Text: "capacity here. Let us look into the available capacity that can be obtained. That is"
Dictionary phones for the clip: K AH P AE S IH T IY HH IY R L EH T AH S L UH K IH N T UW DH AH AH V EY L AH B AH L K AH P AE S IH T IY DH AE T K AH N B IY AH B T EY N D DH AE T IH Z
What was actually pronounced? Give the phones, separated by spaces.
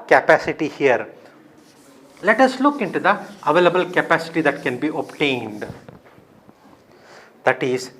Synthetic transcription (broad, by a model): K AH P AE S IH T IY HH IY R L EH T AH S L UH K IH N T UW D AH AH V EY L AH B AH L K AH P AE S IH T IY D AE T K AH N B IY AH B T EY N D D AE T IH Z